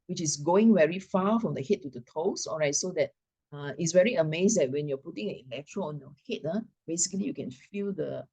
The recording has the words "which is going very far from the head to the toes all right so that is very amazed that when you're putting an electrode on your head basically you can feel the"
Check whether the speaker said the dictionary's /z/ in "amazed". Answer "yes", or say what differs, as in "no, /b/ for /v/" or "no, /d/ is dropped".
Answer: no, /s/ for /z/